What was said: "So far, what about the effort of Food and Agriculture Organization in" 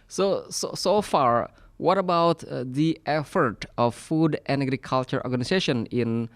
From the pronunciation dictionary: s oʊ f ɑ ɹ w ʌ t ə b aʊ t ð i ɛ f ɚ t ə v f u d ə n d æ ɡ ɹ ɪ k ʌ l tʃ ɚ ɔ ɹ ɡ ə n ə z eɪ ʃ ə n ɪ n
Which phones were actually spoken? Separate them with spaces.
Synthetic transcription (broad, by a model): s oʊ f ɑ ɹ w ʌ t ə b aʊ t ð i ɛ f ɚ t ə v f u d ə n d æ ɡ ɹ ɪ k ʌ l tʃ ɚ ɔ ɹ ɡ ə n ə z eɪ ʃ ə n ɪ n